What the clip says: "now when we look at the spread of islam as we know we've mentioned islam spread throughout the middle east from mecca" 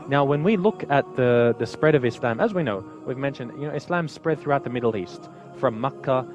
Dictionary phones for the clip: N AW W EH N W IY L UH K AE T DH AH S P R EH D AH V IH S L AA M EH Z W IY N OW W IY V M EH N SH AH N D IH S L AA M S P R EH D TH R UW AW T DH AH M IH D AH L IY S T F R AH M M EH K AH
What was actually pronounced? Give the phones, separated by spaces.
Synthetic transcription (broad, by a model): N AW W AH N W IY L UH K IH T DH AH S P R EH D AH V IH S L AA M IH Z W IY N OW W IY V M EH N SH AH N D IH S L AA M S P R EH D TH R UW AW T DH AH M IH D L IY S T F R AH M M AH K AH